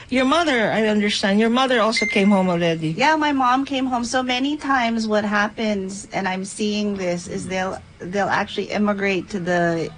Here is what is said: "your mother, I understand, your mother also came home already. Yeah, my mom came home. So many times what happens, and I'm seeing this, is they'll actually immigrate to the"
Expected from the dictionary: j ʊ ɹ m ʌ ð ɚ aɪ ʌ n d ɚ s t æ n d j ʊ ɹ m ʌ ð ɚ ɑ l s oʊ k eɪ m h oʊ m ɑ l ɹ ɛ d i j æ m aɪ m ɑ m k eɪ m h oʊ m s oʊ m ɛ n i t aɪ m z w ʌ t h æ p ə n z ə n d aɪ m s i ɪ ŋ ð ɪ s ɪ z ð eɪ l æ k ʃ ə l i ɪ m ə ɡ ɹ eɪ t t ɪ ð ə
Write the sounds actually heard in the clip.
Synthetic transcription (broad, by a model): j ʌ ɹ m ʌ ð ɚ aɪ ʌ n d ɚ s t æ n d j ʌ ɹ m ʌ ð ɚ ɑ l s oʊ k eɪ m h oʊ m ɑ l ɹ ɛ d i j æ m aɪ m ɑ m k eɪ m h oʊ m s oʊ m ɛ n i t aɪ m z w ʌ t h æ p ə n z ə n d aɪ m s i ɪ ŋ ð ɪ s ɪ z ð eɪ l æ k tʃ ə l i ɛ m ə ɡ ɹ eɪ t t ɪ ð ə